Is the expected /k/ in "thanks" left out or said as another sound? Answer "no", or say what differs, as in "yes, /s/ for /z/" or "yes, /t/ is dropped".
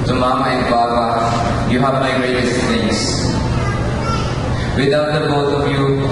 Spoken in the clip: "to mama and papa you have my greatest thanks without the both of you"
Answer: yes, /k/ is dropped